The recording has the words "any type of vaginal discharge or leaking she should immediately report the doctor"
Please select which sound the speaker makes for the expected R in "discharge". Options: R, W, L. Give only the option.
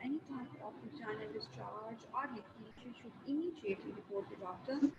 L